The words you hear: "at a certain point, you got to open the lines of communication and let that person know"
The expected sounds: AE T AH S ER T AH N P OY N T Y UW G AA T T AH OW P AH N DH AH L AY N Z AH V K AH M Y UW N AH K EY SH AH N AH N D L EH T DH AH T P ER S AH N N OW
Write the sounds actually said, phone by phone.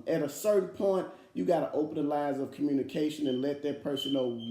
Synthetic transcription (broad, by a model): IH T AH S ER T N P OY N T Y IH G AA T T AH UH P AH N DH AH L AY Z AH V K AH M Y UW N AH K EY SH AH N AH N L EH T DH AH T P ER S AH N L